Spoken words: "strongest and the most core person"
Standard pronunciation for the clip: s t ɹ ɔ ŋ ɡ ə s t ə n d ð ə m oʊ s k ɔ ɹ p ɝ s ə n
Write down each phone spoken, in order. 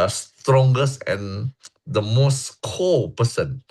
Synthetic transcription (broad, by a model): s t ɹ ɔ ŋ ɡ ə s ə n d ə m oʊ s k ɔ l p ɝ s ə n